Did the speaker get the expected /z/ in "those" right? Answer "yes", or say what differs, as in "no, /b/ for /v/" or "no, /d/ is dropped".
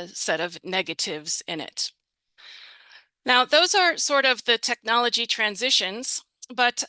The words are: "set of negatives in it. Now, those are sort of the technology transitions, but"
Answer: yes